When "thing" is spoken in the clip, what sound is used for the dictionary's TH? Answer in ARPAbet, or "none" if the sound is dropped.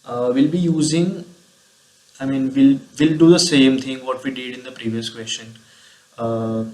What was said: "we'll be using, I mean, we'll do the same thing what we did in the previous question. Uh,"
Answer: T